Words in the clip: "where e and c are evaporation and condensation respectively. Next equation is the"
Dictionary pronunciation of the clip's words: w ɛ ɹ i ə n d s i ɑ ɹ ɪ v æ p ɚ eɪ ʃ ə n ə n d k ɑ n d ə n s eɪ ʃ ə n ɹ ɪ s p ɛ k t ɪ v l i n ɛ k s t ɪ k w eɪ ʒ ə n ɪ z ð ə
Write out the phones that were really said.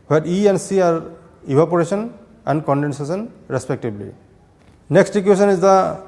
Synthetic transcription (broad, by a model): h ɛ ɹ i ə n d s i ɑ ɹ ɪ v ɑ p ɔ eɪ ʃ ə n ə n d k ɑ n d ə n s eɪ s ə n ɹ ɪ s p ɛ k t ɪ b l i n ɛ k s t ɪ k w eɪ s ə n ɪ z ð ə